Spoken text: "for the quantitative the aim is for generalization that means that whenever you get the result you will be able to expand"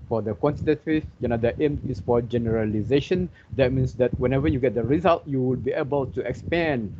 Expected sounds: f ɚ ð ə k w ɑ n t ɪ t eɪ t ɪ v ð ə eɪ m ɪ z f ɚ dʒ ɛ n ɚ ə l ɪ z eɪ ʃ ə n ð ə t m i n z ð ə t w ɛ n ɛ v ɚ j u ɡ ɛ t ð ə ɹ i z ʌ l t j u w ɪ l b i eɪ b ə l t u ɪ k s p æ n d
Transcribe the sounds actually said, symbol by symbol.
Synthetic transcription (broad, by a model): f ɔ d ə k w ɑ n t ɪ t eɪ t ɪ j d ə eɪ m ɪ s f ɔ dʒ ɛ n ɚ ə l ɪ z eɪ ʃ ə n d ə t m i n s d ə t w ɛ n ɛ v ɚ j u ɡ ɛ t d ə ɹ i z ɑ l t j u w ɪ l b i eɪ b ə l t u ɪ k s p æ n